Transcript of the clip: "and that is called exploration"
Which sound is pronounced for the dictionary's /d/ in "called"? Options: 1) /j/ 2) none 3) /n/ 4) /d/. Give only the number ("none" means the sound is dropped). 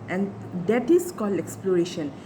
2